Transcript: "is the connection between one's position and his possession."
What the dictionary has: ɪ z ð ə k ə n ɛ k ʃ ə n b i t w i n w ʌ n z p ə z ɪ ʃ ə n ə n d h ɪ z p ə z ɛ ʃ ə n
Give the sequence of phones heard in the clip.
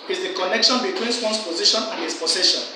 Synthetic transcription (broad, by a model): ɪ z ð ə k ə n ɛ k ʃ ə n b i t w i n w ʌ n s p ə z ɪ ʃ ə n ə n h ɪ s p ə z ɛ ʃ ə n